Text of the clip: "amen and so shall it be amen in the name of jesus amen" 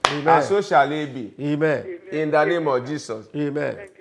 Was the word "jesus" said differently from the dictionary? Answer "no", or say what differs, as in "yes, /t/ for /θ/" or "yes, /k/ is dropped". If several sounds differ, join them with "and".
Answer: yes, /s/ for /z/